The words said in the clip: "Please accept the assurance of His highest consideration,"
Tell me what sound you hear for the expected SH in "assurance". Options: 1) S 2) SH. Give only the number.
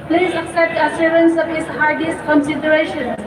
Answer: 1